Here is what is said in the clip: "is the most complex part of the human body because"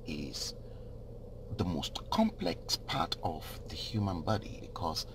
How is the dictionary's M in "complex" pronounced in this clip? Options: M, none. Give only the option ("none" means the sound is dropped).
M